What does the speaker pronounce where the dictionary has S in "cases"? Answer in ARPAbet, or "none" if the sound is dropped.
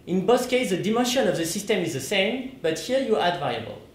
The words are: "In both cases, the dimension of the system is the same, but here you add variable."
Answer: none